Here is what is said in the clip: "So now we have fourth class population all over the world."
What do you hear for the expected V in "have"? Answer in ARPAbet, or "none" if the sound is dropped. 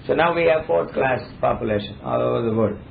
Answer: V